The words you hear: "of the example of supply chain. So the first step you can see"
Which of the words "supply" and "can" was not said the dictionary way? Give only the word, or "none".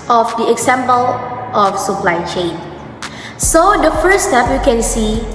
none